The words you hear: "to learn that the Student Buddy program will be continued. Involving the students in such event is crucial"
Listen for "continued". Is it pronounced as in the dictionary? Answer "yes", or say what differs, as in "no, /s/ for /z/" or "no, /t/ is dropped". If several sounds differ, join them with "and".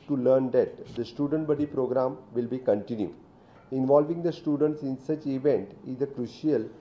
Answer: no, /d/ is dropped